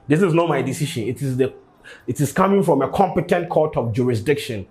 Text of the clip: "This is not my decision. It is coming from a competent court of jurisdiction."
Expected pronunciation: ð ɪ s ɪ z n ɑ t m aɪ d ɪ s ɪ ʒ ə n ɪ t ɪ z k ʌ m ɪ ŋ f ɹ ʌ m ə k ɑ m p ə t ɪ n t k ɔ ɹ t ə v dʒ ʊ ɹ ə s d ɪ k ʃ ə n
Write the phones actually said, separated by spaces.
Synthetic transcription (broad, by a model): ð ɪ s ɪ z n ɑ t m aɪ d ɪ s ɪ ʃ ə n ɪ t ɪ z k ʌ m ɪ ŋ f ɹ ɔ m ə k ɑ m p ə t ɪ n t k ɔ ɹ t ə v dʒ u ɹ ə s d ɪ k ʃ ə n